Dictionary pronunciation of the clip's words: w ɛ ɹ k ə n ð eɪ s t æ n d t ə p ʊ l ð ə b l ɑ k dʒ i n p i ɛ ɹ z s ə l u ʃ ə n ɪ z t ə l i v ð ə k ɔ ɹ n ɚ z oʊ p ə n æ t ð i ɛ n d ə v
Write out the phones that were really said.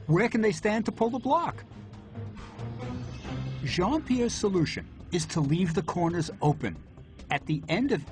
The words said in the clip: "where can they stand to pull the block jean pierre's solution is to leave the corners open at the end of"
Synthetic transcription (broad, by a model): w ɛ ɹ k ə n ð eɪ s t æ n t ə p ʊ l ð ə b l ɑ k ʒ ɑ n p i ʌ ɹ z s ə l u ʃ ə n ɪ z t ə l i v ð ə k ɔ ɹ n ɚ z oʊ p ə n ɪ t ð i ɛ n d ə v